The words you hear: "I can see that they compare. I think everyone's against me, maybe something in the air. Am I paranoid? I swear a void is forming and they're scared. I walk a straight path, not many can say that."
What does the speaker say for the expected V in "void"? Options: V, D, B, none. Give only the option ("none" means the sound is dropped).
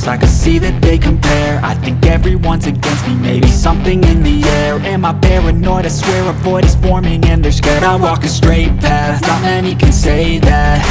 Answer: B